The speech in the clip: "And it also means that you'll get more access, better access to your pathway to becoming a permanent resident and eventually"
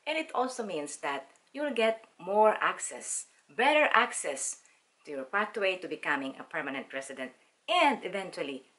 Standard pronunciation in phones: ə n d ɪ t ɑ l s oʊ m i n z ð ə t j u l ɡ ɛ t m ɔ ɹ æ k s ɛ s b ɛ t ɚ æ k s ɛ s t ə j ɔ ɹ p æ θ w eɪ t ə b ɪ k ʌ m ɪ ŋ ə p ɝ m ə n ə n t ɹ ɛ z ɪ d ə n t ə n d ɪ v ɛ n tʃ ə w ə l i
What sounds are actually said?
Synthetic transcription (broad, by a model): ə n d ɪ t ɑ l s oʊ m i n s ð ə t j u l ɡ ɛ t m ɔ ɹ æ k s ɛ s b ɛ t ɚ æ k s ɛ s t ə j ɔ ɹ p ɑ t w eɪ t ə b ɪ k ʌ m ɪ ŋ ə p ɝ m ə n ə n t ɹ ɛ s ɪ d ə n t ə n d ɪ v ɛ n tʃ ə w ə l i